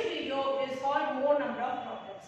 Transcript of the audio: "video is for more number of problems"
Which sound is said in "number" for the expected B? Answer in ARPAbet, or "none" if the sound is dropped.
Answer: B